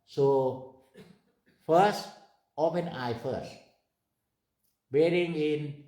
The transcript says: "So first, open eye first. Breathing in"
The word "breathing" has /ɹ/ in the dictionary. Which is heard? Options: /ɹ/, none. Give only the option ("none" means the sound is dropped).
none